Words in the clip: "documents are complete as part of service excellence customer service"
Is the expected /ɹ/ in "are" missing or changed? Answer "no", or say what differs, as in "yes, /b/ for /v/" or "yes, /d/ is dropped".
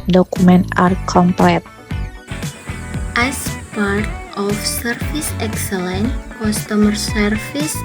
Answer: no